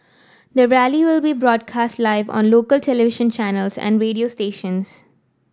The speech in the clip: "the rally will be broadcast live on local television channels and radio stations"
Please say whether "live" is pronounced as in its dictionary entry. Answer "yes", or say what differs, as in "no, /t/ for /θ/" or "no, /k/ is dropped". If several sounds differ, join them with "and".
yes